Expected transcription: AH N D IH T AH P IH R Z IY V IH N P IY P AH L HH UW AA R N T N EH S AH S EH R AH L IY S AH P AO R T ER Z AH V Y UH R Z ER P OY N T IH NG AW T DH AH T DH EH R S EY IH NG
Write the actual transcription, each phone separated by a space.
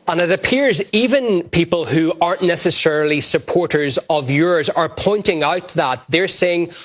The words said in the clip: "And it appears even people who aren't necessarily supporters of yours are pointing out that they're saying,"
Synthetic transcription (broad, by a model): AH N IH T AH P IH R Z IY V IH N P IY P AH L HH UW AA R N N EH S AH S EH R L IY S AH P AO R T ER Z AH V Y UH R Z ER P OY N T IH NG AW T DH AH T DH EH R S EY IH NG